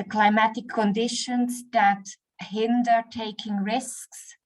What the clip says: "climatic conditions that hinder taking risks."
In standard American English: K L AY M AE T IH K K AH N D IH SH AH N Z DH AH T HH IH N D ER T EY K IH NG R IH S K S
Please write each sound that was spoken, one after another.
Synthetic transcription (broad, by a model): K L AY M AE T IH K K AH N D IH SH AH N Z DH AH T HH IH N D ER T EY K IH NG R IH S K S